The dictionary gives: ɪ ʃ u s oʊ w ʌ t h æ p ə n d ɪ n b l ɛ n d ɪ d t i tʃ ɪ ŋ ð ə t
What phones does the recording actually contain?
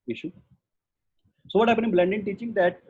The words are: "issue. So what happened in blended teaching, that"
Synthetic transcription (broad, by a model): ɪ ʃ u s oʊ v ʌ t h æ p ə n ɪ n b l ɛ n d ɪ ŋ t i tʃ ɪ ŋ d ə t